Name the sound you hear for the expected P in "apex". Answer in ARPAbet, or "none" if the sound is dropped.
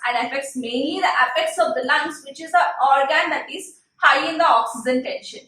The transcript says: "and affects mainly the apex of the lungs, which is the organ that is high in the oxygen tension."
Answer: F